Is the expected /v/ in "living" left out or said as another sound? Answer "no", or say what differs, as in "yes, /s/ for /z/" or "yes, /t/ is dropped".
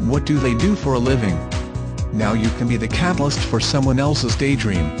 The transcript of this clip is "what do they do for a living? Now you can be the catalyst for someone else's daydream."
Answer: no